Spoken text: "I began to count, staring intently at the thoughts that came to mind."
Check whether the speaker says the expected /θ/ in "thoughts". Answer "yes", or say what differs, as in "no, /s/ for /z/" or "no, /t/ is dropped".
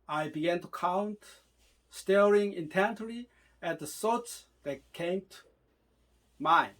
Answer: no, /s/ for /θ/